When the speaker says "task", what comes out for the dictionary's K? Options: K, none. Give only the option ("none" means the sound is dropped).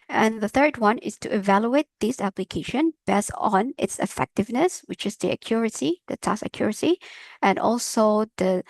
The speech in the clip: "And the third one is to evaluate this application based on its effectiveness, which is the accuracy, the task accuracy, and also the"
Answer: none